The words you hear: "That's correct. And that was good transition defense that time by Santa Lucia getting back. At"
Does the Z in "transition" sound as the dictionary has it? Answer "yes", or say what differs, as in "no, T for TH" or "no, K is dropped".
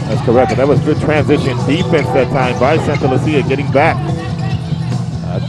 yes